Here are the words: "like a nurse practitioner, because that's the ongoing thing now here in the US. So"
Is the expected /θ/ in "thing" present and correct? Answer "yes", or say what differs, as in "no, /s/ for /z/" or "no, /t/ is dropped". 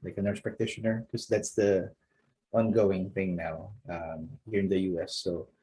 yes